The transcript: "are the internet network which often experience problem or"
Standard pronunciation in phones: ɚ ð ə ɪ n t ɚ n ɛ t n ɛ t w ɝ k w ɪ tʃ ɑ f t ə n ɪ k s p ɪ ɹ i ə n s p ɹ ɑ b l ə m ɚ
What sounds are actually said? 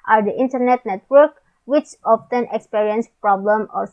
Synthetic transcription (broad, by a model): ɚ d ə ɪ n t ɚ n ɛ t n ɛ t w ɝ k w ɪ tʃ ɑ f t ə n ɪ k s p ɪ ɹ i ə n s p ɹ ɑ b l ə m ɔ